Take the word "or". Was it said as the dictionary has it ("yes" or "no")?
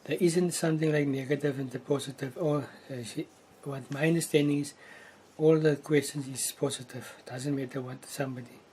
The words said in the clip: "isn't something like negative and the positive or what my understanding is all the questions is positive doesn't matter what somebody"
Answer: no